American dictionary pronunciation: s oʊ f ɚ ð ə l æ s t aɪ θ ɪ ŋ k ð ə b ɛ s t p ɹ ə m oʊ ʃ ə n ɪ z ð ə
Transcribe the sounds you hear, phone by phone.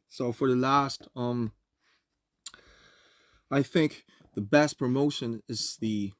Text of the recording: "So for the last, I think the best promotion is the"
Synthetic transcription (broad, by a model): s oʊ f ɚ ð ə l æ s t aɪ θ ɪ ŋ k ð ə b ɛ s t p ɹ ə m oʊ ʃ ə n ɪ z ð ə